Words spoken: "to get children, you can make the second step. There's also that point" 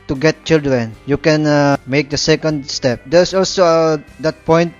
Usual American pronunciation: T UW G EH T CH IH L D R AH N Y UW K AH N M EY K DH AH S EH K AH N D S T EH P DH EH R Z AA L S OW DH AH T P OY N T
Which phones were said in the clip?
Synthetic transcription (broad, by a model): T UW G EH T CH IH L D R AH N Y UW K AH N M EY K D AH S EH K AH N D S T EH P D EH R S AA L S OW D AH T P OY N T